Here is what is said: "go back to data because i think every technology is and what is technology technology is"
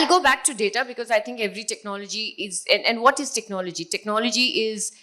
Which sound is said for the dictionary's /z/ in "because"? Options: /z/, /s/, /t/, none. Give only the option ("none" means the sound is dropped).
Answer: /z/